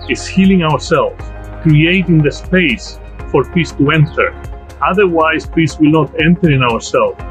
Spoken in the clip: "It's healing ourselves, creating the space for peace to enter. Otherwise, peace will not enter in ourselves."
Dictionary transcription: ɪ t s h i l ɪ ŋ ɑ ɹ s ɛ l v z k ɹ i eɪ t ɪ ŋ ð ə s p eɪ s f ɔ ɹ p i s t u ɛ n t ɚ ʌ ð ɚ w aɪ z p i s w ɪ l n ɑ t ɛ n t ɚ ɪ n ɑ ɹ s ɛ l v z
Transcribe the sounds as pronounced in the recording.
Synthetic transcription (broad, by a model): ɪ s h i l ɪ ŋ ɑ ɹ s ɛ l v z k ɹ i eɪ t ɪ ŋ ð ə s p eɪ s f ɔ ɹ p i s t u ɛ n t ɚ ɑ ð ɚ w aɪ s p i s w ɪ l n ɑ t ɛ n t ɚ ɪ n ɑ ɹ s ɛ l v